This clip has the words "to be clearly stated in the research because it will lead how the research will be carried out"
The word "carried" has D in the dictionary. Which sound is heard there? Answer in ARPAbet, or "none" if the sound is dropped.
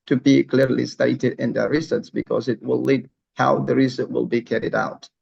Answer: D